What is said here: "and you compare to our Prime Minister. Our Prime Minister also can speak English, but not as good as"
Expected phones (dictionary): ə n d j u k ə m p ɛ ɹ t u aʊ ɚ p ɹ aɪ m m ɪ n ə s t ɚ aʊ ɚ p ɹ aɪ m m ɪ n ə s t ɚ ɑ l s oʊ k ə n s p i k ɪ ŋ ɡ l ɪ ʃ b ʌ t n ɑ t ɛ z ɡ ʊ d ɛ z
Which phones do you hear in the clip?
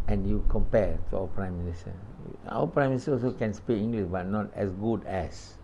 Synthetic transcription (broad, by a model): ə n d j u k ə m p ɛ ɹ t u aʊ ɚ p ɹ aɪ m m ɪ n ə s t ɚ aʊ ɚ p ɹ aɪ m m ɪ n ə s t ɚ ɑ l s oʊ k ə n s p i ɪ ŋ ɡ l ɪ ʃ b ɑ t n ɑ t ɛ s ɡ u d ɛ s